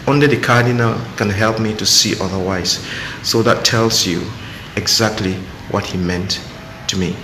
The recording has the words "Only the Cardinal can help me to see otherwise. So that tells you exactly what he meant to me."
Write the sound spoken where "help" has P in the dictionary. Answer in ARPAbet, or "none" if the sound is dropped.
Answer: P